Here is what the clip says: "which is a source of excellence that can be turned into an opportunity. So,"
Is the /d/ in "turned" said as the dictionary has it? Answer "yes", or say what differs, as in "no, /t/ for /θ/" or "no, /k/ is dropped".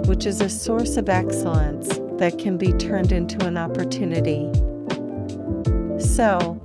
yes